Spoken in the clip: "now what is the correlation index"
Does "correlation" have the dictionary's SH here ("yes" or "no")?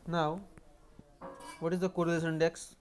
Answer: no